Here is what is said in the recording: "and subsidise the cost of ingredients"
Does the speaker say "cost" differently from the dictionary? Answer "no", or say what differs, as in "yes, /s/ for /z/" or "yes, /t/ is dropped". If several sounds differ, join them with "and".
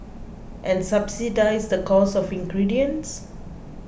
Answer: yes, /t/ is dropped